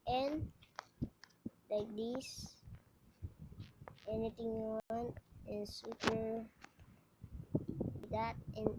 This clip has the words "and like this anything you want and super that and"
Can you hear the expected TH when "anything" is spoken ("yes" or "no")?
no